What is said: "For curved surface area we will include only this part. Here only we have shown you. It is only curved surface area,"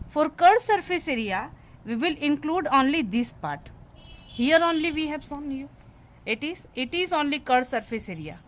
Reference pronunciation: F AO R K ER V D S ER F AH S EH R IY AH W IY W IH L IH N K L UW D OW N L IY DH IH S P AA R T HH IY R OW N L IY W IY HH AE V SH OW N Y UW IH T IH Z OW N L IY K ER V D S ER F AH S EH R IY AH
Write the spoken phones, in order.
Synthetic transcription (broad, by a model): F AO R K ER D S ER F AH S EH R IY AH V IY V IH L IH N K L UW D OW N L IY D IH S P AA R T HH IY R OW N L IY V IY HH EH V S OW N Y UW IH T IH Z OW N L IY K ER D S ER F AH S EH R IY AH